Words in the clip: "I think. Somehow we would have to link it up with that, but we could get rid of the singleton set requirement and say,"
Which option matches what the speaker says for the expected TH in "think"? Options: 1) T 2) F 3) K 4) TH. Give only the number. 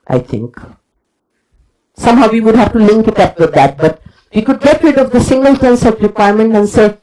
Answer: 1